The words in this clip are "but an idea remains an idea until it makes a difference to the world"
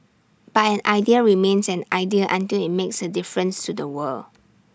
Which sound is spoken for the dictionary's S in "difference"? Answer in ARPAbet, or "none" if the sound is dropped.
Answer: S